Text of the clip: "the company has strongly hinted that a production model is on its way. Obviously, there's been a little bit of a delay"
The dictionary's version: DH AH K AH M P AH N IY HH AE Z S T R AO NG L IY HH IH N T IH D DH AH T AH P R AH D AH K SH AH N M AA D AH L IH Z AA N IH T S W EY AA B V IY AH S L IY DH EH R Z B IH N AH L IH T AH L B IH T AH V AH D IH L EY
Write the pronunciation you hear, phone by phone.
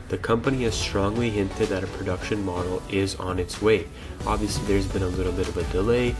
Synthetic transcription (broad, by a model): DH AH K AH M P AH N IY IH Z S T R AO NG L IY HH IH N T IH D DH AH T AH P R AH D AH K SH AH N M AA D L IH Z N IH T S W EY AA B V IY AH S L IY DH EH R Z B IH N AH L IH T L B IH T AH V AH D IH L EY